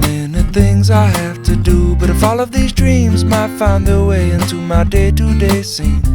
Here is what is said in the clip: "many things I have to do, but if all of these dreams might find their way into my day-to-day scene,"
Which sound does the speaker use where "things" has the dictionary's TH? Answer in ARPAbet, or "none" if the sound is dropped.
TH